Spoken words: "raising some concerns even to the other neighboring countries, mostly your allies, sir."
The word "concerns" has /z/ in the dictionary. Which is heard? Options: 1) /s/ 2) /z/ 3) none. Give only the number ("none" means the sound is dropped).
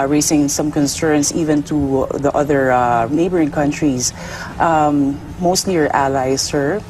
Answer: 1